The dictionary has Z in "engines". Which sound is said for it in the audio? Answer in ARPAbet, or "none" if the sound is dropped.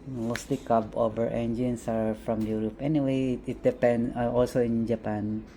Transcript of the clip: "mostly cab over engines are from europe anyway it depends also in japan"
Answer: S